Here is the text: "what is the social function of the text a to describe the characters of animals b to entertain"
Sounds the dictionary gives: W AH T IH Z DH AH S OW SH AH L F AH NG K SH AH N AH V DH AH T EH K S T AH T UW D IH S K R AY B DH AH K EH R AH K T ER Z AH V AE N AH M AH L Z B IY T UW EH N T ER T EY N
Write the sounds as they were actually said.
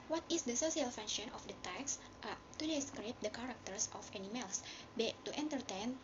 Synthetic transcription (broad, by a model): W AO T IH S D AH S OW S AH L F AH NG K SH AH N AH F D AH T EH K S T AH T UW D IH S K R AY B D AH K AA R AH K T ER S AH F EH N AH M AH L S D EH T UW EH N T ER T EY N